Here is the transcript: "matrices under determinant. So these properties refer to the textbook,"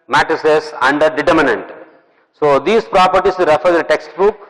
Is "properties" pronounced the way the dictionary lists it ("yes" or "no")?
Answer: no